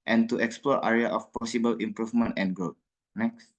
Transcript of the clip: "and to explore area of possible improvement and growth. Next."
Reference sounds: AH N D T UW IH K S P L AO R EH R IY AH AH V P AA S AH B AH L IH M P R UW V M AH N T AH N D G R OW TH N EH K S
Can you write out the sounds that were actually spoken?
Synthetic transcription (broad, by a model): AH N T UW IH K S P L AO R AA R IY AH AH F P AA S AH B AH L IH M P R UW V M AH N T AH N G OW T N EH K S